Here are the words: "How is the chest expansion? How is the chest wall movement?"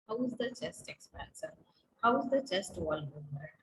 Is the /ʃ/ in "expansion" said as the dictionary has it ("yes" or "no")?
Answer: no